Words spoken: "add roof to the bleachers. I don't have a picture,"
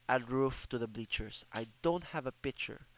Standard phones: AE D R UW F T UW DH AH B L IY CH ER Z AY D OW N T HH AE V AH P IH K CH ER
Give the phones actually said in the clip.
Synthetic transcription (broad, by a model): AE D R UW F T UW DH AH B L IY CH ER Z AY D OW N T HH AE V AH P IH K CH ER